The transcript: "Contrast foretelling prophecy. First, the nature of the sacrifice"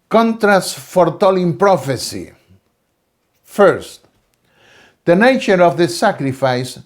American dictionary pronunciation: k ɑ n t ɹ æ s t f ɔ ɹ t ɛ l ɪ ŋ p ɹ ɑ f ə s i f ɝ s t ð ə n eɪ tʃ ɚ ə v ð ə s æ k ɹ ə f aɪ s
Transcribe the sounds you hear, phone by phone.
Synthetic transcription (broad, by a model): k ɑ n t ɹ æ s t f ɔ ɹ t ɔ l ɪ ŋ p ɹ ɑ f ə s i f ɝ s t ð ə n eɪ tʃ ɚ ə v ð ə s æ k ɹ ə f aɪ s